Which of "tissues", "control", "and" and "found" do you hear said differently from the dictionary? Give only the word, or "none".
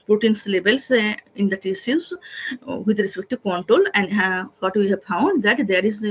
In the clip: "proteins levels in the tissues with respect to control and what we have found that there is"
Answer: tissues